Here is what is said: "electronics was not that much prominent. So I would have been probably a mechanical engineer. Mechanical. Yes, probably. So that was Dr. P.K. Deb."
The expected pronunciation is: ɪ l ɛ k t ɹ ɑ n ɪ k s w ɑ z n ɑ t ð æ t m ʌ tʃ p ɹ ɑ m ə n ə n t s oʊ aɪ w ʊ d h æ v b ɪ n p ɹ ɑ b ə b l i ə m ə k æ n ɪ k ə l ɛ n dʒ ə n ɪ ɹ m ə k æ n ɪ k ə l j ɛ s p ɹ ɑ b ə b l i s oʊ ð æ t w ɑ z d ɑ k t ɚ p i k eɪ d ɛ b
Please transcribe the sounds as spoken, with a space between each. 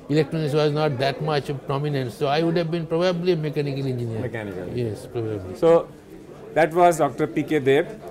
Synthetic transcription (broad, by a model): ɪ l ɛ k t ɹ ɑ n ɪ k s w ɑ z n ɑ t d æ t m ʌ tʃ p ɹ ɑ m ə n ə n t s oʊ aɪ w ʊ d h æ v b ɪ n p ɹ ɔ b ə b l i m ə k æ n ɪ k ə l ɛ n dʒ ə n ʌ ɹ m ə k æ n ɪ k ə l j ɛ s p ɹ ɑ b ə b l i s oʊ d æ t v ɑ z d ɑ k t ɚ p i k eɪ d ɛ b